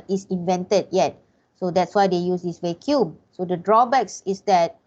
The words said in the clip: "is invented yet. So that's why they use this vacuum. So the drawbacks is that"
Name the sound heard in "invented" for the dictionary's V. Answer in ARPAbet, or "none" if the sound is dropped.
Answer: V